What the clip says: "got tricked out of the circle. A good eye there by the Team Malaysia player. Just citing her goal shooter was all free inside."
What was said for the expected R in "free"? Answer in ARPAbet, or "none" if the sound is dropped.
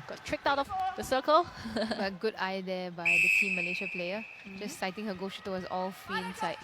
none